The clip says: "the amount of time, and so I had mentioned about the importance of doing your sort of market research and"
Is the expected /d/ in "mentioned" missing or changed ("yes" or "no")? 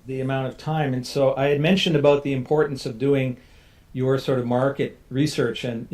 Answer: no